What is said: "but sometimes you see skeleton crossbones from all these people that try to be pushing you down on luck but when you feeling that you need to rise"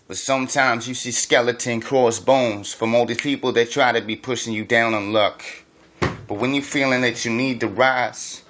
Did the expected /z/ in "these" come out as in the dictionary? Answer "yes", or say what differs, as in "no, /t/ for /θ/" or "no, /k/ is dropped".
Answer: no, /z/ is dropped